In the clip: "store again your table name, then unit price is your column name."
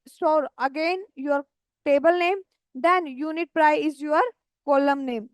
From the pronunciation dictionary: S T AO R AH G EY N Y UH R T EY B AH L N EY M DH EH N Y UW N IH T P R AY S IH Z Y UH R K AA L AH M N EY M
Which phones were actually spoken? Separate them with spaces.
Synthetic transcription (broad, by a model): S T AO R AH G EY N Y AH R T EY B AH L N EY M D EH N Y UW N IH T P R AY IH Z Y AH R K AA L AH M N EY M